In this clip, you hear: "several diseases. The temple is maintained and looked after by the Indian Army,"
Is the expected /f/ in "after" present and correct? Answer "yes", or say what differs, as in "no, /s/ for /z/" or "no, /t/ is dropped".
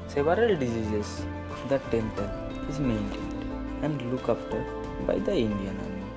no, /p/ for /f/